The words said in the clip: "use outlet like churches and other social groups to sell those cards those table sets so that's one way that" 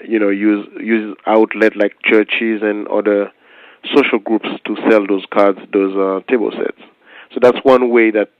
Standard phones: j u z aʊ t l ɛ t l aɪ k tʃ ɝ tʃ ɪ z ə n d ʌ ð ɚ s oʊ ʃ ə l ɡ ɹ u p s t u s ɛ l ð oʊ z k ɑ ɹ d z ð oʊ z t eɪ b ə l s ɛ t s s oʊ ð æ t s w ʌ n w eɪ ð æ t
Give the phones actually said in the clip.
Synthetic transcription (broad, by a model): j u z aʊ t l ɛ t l aɪ k tʃ ɝ tʃ ɪ z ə n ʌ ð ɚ s oʊ ʃ ə l ɡ ɹ u p s t u s ɛ l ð oʊ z k ɑ ɹ d z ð oʊ z t eɪ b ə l s ɛ t s s oʊ ð æ t s w ʌ n w eɪ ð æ t